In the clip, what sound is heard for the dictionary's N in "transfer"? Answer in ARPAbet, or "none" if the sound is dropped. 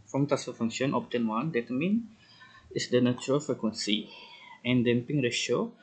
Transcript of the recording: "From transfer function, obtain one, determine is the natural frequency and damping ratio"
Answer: none